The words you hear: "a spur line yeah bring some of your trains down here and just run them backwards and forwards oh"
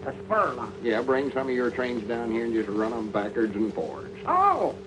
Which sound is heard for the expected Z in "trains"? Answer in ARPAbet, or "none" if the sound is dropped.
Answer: Z